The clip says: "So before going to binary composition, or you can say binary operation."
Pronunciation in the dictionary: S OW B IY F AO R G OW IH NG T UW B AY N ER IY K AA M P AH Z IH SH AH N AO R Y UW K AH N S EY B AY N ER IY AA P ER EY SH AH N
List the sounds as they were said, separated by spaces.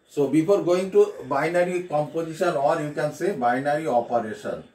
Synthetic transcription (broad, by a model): S OW B IY P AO R G OW IH NG T UW B AY N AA IY K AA M P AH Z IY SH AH N AO R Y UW K AH N S EY B AY N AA IY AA P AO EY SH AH N